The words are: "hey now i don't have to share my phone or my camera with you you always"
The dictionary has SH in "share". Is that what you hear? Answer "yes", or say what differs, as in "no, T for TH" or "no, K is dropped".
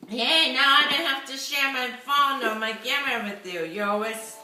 yes